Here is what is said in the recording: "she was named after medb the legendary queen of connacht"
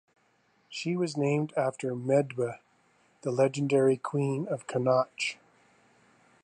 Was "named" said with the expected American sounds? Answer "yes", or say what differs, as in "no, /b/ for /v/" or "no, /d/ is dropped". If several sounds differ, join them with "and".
yes